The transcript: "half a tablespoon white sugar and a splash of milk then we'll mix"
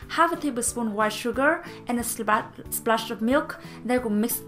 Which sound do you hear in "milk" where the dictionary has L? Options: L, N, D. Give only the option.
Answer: L